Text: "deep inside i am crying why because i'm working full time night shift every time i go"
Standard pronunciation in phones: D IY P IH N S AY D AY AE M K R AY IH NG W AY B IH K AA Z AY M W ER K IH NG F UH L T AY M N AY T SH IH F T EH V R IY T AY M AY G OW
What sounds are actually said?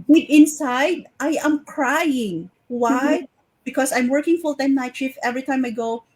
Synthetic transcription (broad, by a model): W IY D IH N S AY D AY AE M K R AY IH NG W AY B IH K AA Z AY M W ER K IH NG F UH L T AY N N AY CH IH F EH V R IY T AY M AY G OW